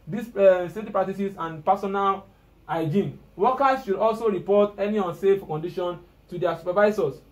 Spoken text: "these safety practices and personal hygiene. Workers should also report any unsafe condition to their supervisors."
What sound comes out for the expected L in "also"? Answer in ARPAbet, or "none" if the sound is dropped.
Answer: L